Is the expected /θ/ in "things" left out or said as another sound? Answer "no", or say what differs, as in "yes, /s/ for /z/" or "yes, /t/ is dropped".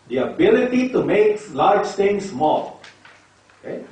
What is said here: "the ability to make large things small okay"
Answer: yes, /t/ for /θ/